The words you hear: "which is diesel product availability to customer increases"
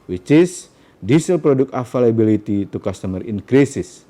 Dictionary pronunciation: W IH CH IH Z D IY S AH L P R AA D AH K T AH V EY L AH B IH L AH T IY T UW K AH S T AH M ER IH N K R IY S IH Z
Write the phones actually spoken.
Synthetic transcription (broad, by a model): W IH CH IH S D IY S AH L P R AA D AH K AH F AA L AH B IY L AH T IY T UW K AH S T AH M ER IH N K R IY S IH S